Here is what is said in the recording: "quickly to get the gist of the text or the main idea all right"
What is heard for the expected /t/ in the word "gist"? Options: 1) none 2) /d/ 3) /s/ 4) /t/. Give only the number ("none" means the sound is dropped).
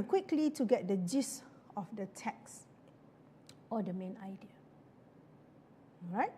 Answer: 1